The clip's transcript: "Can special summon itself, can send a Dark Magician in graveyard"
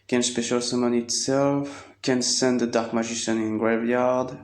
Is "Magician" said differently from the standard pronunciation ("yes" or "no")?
yes